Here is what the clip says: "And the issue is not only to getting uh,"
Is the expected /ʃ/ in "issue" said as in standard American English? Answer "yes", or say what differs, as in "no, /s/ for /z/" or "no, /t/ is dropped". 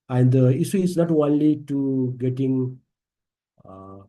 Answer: no, /s/ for /ʃ/